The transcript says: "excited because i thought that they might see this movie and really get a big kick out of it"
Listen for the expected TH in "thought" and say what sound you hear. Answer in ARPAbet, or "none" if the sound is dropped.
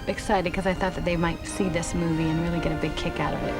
TH